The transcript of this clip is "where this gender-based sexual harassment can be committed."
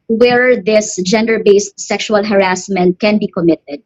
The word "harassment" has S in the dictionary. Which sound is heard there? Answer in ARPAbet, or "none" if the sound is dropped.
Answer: S